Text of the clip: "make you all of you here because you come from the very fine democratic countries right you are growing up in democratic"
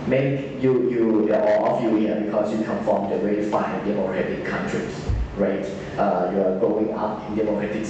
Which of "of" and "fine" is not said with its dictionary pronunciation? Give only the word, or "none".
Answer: of